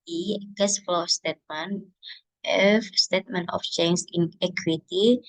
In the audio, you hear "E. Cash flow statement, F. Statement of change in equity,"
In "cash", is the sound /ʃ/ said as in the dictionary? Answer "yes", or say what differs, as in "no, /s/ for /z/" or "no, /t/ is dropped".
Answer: no, /s/ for /ʃ/